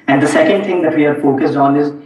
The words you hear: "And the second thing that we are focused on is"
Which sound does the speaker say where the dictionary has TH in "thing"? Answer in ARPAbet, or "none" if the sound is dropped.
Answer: T